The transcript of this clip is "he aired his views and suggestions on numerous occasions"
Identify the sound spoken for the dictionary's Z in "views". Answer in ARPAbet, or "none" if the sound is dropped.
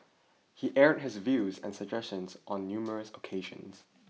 Z